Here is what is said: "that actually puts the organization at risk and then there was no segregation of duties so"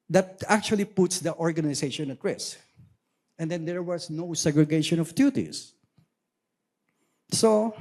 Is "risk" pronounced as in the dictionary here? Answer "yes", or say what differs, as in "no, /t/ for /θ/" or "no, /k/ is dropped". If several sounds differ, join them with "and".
no, /k/ is dropped